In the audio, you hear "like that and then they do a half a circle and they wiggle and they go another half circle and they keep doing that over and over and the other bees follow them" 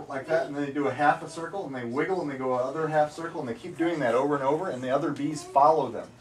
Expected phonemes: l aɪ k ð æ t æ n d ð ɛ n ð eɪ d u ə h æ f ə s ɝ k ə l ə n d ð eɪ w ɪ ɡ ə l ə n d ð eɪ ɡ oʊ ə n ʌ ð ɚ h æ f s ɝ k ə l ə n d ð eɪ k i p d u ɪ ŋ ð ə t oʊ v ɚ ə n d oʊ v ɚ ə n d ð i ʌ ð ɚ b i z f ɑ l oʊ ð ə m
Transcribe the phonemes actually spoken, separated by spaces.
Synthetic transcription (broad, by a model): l aɪ k ð æ t n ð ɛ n ð eɪ d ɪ ə h æ f ə s ɝ k l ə n ð eɪ w ɪ ɡ l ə n ð eɪ ɡ oʊ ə ʌ ð ɚ h æ f s ɝ k l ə n ð eɪ k i p d u ɪ ŋ ð ə t oʊ v ɚ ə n oʊ v ɚ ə n ð i ʌ ð ɚ b i z f ɑ l oʊ ð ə m